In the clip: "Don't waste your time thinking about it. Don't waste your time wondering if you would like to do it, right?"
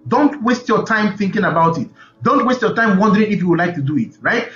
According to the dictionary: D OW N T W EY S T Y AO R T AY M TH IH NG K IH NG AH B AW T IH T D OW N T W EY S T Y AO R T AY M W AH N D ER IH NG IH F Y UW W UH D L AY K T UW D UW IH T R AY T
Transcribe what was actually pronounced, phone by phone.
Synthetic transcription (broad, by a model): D OW N T W EY S T Y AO T AY M TH IH NG K IH NG AH B AW T IH T D OW N T W EY S T Y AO T AY M W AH N D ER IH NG IH F Y UW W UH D L AY K T UW D UW IH T R AY T